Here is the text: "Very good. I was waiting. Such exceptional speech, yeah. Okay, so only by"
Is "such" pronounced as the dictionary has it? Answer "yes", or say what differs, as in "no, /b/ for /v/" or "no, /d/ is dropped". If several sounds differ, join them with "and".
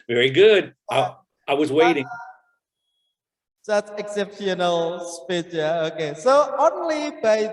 no, /s/ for /tʃ/